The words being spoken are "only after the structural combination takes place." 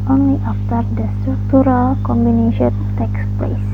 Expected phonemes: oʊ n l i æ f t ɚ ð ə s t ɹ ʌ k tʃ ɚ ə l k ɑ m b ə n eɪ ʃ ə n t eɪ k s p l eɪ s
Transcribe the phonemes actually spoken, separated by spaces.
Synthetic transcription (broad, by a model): oʊ n l i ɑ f t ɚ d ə s t ɹ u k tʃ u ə l k ɑ m b ə n eɪ ʃ ə n t eɪ k s p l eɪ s